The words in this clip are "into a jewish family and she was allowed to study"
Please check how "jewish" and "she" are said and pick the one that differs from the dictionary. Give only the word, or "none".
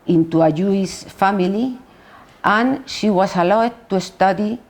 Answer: jewish